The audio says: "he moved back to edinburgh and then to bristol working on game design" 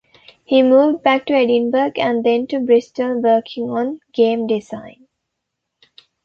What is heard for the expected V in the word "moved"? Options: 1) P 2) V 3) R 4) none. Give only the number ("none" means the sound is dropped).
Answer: 2